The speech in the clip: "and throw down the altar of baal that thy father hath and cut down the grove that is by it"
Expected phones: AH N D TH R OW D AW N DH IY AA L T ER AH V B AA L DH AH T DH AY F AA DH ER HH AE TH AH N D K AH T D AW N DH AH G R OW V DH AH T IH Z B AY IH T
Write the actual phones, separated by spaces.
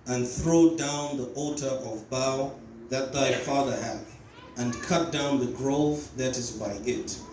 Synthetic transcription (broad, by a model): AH N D TH R OW D AW N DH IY AA L T ER AH V B AA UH DH AH T DH AY F AA DH ER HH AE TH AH N K AH T D AW N DH AH G R OW V DH AH T IH Z B AY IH T